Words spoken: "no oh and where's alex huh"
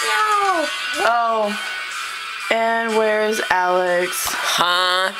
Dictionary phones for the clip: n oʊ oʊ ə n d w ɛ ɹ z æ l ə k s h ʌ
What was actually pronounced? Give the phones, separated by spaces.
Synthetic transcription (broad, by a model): oʊ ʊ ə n w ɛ ɹ z æ l ə k s h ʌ